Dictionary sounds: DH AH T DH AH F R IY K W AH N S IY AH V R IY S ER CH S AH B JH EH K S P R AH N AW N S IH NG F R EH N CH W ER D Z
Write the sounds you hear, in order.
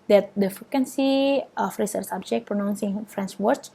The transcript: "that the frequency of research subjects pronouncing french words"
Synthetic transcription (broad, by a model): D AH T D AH F R IY K W AH N S IY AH F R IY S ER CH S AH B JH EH K P R AH N AW N S IH NG F R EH N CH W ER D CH